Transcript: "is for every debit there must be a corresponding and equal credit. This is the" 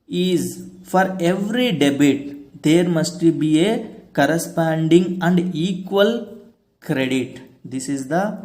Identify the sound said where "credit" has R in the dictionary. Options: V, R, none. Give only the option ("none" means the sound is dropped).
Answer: R